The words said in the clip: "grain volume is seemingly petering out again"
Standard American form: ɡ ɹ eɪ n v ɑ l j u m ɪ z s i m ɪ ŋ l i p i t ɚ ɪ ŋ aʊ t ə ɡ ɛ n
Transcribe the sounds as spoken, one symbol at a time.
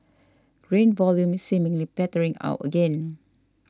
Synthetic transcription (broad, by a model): ɡ ɹ eɪ n v ɑ l j u m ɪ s s i m ɪ ŋ l i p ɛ t ɚ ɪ ŋ aʊ t ə ɡ ɛ n